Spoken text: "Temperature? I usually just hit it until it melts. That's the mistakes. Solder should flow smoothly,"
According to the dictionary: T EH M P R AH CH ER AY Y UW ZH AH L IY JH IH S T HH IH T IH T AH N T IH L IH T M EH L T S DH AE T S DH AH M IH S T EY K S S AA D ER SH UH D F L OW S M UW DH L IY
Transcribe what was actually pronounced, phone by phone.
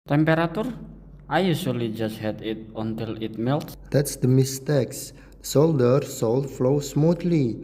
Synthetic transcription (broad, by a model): T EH M P R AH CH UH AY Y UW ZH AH L IY JH IH S T HH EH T IH T AH N T IH L IH T M EH L T S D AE T S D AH M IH S T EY K S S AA D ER S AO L F L OW S M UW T L IY